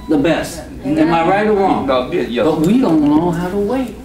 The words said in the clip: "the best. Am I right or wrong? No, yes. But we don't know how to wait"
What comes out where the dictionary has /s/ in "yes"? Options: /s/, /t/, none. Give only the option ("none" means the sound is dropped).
none